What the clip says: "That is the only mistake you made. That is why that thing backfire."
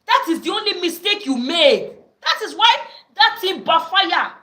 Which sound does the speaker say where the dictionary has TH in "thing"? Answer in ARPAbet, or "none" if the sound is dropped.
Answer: T